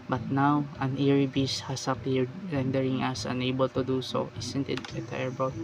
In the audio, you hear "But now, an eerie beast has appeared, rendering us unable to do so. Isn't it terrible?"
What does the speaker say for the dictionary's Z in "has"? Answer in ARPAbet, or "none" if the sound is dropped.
S